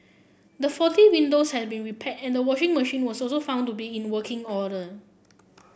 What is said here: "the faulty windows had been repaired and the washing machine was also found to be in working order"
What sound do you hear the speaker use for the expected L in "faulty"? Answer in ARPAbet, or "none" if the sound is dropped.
none